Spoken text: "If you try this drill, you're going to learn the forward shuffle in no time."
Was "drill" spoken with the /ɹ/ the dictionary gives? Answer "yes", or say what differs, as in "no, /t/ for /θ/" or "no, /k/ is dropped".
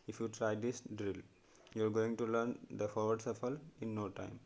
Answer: yes